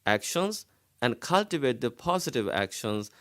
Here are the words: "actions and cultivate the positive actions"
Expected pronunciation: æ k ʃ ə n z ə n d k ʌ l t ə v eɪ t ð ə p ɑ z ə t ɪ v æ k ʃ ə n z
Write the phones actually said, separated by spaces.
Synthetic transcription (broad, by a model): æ k ʃ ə n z ə n d k ʌ l t ə v eɪ t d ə p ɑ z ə t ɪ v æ k ʃ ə n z